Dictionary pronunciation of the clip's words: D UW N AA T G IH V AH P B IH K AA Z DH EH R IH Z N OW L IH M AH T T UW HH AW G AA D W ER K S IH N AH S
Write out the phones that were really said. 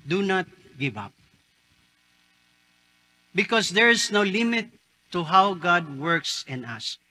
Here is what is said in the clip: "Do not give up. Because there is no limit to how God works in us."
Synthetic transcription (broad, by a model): D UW N AA T G IH V AH P B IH K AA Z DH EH R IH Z N OW L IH M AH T T UW HH AW G AA D W ER K S IH N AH S